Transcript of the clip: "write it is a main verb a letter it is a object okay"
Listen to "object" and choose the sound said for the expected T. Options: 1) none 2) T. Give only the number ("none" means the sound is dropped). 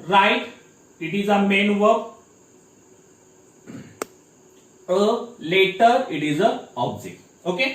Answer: 1